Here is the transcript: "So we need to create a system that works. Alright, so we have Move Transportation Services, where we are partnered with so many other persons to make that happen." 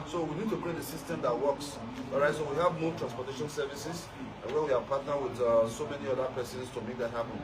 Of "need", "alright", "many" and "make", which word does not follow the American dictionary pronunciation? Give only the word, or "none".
alright